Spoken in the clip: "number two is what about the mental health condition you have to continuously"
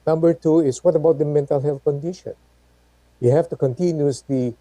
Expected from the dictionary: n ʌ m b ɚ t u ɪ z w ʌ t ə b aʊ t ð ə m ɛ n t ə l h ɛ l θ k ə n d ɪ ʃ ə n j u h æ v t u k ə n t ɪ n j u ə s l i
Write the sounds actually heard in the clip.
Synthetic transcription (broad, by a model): n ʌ m b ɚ t u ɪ s w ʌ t ə b aʊ t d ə m ɛ n t ə l h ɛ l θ k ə n d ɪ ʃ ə n j u h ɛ f t u k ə n t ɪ n j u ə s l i